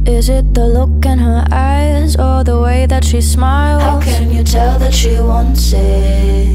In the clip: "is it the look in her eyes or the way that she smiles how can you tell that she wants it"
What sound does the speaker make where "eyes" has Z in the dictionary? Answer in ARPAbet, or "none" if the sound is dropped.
Z